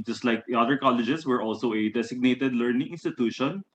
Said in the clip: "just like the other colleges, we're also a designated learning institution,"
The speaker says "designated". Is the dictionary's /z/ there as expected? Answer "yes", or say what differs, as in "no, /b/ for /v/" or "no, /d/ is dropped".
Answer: no, /s/ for /z/